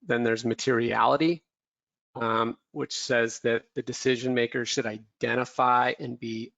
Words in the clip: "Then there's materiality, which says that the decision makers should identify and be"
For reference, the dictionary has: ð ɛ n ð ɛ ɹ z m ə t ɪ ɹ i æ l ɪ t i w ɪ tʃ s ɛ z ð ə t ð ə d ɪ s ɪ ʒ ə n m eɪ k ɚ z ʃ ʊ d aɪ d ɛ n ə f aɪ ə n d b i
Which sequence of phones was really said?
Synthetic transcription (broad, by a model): ð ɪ n ð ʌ ɹ z m ə t ɪ ɹ i æ l ɪ t i w ɪ tʃ s ɛ z ð ə t ð ə d ɪ s ɪ ʒ ə n m eɪ k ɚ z ʃ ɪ d aɪ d ɛ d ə f aɪ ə n b i